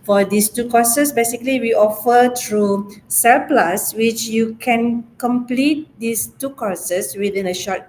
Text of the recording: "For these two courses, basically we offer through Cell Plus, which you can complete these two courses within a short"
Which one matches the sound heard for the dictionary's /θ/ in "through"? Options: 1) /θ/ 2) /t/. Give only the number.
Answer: 2